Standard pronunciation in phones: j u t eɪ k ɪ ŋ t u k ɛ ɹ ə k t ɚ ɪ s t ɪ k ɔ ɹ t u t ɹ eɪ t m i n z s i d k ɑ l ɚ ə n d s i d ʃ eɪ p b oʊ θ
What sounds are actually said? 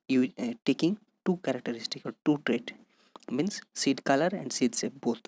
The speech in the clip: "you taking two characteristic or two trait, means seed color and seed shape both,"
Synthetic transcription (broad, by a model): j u t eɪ k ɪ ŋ t u k ɛ ɹ ə k t ɚ ɪ s t ɪ k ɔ l t u t ɹ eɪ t m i n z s i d k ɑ l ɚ ə n d s i d s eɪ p b oʊ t